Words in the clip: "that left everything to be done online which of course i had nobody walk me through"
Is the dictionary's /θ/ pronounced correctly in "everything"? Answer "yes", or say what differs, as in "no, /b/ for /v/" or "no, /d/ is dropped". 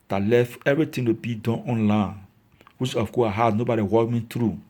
no, /t/ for /θ/